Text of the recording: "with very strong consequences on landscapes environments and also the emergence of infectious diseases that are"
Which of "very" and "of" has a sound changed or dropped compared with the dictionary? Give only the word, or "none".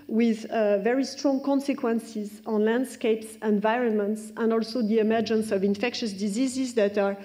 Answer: none